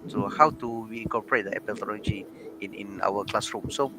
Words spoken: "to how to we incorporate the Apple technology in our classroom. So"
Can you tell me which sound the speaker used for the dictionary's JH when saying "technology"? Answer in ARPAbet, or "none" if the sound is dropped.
none